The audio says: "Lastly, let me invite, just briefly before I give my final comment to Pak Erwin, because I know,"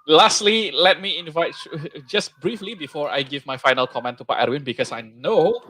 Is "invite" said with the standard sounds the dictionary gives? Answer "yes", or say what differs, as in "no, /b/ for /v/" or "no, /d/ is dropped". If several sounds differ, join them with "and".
yes